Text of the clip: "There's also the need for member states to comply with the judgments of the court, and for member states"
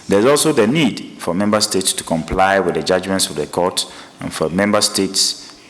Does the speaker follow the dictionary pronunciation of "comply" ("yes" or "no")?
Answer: yes